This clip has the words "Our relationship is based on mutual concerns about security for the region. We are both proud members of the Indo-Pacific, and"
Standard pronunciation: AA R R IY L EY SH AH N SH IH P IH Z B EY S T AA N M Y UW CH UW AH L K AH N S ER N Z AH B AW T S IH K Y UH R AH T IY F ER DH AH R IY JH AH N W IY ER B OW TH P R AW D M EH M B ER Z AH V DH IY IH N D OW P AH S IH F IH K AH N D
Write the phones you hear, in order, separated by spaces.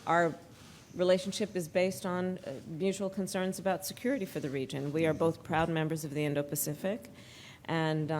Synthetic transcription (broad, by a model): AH R R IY L EY SH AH N SH IH P IH Z B EY S T N M Y UW CH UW L K AH N S ER N Z AH B AW T S IH K Y UH R AH T IY F ER DH AH R IY JH AH N W IY ER B OW TH P R AW D M EH M B ER Z AH V DH IY IH N D OW P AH S IH F IH K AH N